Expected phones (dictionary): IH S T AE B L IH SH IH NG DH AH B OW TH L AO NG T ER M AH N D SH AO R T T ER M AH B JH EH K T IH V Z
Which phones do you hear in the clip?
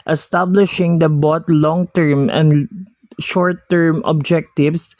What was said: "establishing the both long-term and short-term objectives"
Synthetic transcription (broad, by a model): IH S T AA B L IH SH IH NG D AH B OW T L AO NG T ER M AH N D SH AO R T T ER M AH B JH EH K T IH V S